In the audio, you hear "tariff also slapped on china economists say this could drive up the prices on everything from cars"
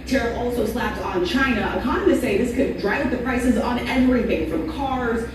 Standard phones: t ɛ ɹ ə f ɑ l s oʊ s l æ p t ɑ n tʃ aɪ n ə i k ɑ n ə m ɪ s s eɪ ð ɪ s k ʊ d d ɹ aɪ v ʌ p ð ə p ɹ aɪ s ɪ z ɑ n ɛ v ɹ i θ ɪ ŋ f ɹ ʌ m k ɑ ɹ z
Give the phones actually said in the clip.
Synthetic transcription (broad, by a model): t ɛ ɹ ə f ɑ l s oʊ s l æ p t n tʃ aɪ n ə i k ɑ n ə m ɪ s s eɪ ð ɪ s k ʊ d d ɹ aɪ v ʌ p ð ə p ɹ aɪ s ɪ z n ɛ v ɹ i θ ɪ ŋ f ɹ ʌ m k ɑ ɹ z